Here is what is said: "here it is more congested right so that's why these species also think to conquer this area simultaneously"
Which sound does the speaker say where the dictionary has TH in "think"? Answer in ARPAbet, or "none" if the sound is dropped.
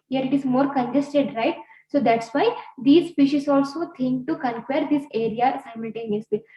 T